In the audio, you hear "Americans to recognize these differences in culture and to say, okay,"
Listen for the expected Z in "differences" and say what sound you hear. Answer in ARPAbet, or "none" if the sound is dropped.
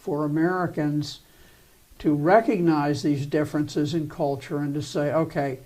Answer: Z